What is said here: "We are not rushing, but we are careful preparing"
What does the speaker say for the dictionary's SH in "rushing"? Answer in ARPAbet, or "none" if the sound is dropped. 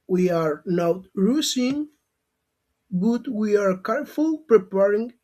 S